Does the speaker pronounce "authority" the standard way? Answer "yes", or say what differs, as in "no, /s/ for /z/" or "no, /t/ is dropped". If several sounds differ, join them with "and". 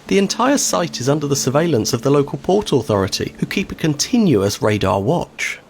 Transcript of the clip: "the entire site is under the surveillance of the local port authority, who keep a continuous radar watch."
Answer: yes